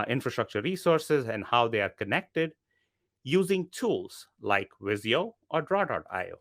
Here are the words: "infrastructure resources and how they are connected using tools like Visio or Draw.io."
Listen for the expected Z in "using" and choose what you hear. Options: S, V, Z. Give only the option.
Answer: Z